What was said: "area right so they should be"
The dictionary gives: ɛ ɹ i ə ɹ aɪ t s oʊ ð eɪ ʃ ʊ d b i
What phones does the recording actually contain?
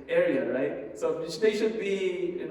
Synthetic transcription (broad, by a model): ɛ ɹ i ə ɹ aɪ t s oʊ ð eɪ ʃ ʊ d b i